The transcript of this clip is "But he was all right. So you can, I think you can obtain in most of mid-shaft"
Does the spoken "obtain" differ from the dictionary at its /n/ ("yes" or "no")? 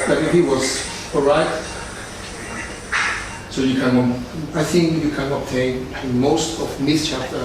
yes